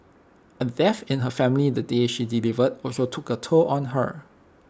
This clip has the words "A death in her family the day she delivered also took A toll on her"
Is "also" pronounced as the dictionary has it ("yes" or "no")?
no